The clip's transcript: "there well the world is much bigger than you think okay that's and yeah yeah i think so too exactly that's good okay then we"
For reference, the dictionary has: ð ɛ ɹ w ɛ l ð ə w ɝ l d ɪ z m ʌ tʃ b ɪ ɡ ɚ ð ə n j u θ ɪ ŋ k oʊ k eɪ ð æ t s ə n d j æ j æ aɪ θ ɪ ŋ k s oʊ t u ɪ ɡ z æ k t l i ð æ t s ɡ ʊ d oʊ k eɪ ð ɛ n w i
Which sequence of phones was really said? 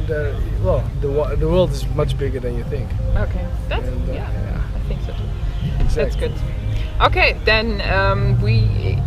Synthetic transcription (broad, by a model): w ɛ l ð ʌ w ð ə w ɝ l d ɪ z m ʌ tʃ b ɪ ɡ ɚ ð ə n j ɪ θ ɪ ŋ k oʊ k eɪ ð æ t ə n j æ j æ aɪ θ ɪ ŋ k s oʊ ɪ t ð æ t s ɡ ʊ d oʊ k eɪ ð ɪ n w i